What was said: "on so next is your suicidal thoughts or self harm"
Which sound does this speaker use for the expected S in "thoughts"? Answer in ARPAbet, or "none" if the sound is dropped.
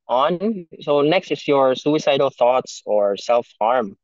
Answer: S